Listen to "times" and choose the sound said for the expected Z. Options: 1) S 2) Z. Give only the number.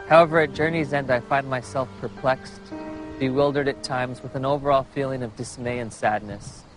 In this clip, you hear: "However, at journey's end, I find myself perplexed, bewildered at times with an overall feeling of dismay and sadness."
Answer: 2